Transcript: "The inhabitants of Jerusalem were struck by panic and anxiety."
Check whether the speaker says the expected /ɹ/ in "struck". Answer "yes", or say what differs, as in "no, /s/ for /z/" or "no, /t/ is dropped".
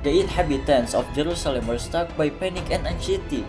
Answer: no, /ɹ/ is dropped